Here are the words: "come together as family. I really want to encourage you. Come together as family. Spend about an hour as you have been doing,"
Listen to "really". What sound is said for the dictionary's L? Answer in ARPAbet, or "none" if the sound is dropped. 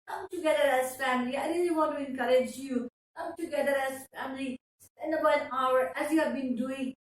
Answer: N